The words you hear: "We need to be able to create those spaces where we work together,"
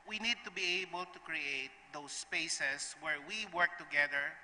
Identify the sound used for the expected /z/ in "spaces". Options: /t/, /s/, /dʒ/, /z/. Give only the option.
/s/